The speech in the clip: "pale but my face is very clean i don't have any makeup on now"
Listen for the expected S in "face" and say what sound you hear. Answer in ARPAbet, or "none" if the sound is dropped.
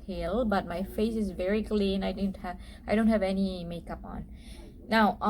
S